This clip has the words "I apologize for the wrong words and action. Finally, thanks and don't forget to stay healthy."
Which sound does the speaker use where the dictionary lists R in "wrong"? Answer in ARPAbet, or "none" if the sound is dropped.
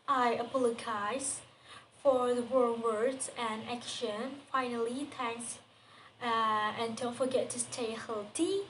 W